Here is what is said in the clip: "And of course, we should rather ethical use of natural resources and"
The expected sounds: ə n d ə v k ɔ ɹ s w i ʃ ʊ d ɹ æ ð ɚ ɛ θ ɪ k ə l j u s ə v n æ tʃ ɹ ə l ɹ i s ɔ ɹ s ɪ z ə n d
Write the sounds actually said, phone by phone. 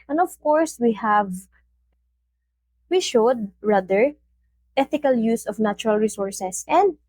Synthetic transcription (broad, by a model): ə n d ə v k ɔ ɹ s w i ʃ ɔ d ɹ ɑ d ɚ ɛ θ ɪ k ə l j u s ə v n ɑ tʃ ɹ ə l ɹ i s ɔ ɹ s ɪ s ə n d